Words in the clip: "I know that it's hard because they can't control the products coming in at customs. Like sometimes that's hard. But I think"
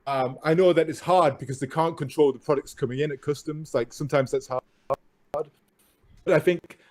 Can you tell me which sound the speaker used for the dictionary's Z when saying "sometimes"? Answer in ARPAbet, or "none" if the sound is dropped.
Z